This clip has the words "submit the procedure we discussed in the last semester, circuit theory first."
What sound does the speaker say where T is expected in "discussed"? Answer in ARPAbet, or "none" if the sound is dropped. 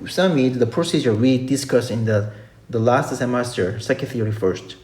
none